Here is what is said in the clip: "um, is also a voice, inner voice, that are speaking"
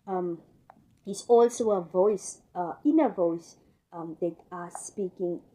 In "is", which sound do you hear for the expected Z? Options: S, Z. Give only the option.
S